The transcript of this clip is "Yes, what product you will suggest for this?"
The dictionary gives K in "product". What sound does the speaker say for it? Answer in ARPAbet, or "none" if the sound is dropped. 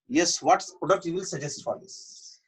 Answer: none